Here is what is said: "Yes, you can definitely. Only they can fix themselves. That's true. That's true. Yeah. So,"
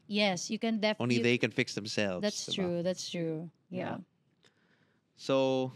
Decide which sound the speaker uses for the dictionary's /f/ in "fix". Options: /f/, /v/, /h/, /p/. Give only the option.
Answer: /f/